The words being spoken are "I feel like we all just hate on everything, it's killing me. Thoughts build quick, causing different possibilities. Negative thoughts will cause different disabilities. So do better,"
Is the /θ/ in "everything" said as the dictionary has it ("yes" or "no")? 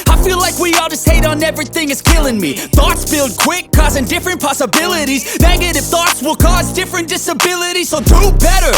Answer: yes